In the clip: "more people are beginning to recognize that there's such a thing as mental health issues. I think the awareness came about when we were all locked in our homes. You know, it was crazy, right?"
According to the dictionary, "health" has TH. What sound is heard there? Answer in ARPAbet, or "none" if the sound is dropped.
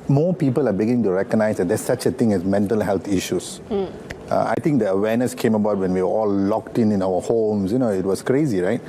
T